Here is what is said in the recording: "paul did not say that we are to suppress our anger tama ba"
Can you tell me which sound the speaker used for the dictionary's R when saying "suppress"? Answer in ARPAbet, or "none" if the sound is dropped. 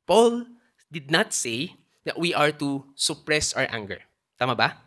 R